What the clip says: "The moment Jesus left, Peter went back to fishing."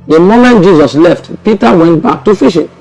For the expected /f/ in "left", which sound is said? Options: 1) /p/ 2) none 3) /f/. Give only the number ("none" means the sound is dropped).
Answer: 3